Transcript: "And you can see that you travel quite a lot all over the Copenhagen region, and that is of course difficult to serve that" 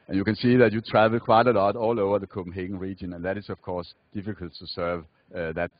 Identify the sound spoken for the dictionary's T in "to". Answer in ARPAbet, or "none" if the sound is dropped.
T